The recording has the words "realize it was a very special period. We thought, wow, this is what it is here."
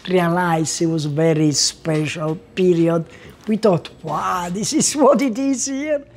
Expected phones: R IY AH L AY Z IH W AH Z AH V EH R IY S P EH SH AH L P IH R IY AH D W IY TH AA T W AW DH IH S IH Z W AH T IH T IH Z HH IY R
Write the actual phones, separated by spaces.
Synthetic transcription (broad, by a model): R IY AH L AY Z IH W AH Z V EH R IY S P EH SH AH L P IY R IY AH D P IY T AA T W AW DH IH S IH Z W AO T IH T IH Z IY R